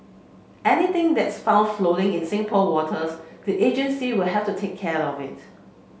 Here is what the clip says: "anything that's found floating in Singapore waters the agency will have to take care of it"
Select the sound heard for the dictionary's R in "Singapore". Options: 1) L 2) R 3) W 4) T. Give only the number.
1